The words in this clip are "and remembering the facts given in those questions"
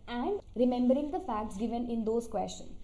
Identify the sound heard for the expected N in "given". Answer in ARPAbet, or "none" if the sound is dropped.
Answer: N